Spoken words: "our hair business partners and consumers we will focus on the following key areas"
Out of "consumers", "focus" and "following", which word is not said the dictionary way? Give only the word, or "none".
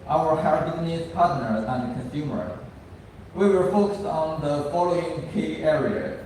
consumers